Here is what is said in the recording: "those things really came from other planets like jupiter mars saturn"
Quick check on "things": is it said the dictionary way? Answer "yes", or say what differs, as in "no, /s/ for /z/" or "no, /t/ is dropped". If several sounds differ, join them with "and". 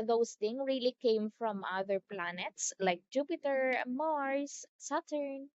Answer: no, /z/ is dropped